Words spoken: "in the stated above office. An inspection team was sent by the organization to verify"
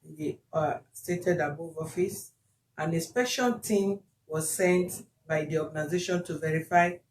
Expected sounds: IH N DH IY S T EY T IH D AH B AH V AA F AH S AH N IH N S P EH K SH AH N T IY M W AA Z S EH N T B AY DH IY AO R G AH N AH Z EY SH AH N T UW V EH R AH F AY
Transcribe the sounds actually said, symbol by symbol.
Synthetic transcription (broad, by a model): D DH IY S T EY T IH D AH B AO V AA F AH S AH N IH S P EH SH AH L T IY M W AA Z S EH N T B AY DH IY AO G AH N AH Z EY SH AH N T UW V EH R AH F AY